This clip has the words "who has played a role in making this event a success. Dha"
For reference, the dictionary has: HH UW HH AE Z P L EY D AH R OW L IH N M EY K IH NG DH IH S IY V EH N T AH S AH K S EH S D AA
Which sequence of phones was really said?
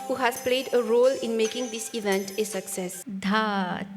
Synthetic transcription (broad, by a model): HH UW HH AE Z P L EY D AH R OW L IH N M EY K IH NG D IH S IY V EH N T AH S AH K S EH S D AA